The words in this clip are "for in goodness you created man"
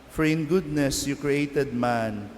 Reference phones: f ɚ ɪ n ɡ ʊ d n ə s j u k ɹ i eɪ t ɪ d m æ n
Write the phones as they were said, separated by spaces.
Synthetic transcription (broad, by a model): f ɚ ɪ n ɡ ʊ d n ə s j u k ɹ i eɪ t ɪ d m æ n